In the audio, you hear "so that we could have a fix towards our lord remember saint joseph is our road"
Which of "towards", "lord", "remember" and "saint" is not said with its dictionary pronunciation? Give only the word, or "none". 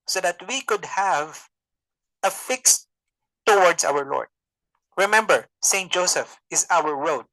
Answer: towards